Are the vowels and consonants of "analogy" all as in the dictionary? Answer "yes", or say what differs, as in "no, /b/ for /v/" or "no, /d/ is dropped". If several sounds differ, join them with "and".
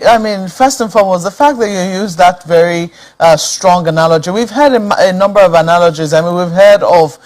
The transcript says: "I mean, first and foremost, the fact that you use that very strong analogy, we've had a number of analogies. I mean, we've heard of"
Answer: yes